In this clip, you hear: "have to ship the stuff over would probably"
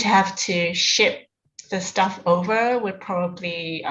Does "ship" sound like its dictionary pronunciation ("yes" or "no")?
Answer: yes